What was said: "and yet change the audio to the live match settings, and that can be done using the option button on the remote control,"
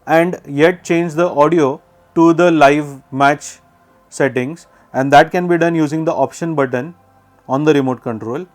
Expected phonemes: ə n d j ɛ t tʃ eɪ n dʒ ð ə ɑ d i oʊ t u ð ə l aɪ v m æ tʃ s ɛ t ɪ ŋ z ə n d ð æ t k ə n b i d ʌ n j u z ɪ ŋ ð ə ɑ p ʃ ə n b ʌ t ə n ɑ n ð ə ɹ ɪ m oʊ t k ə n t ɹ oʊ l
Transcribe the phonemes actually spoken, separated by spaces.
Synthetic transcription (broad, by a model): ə n d j ɛ t tʃ eɪ n dʒ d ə ɑ d i oʊ t u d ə l aɪ v m æ tʃ s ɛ t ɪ ŋ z ə n d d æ t k ə n b i d ʌ n j u z ɪ ŋ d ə ɑ p ʃ ə n b ʌ t ə n ɑ n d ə ɹ ɪ m oʊ t k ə n t ɹ oʊ l